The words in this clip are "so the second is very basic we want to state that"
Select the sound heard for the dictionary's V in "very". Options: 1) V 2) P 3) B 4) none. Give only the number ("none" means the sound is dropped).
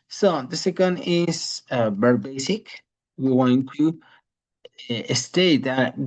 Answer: 3